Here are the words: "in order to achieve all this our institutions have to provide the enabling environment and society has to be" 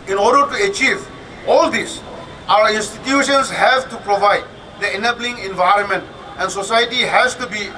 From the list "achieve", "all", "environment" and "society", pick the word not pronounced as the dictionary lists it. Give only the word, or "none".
none